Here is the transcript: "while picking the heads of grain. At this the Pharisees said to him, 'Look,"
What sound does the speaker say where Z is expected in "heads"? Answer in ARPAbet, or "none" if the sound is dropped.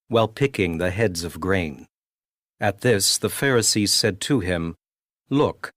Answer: Z